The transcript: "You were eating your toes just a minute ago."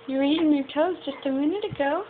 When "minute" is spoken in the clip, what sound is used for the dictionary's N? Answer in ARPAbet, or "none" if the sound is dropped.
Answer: N